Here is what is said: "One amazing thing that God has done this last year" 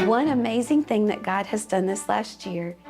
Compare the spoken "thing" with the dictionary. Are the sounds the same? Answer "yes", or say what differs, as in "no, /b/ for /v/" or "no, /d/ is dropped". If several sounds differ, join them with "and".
yes